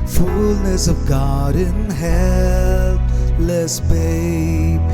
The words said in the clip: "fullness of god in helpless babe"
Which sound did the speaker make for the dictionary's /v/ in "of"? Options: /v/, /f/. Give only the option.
/v/